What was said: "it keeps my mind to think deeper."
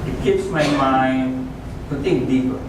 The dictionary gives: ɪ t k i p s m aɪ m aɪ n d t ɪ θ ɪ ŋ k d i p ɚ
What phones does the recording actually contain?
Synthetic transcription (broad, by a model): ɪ t k i p s m aɪ m aɪ n d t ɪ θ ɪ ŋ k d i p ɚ